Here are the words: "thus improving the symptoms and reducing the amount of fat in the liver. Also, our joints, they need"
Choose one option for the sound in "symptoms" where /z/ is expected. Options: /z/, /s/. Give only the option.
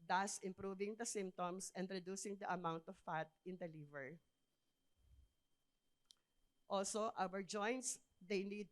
/s/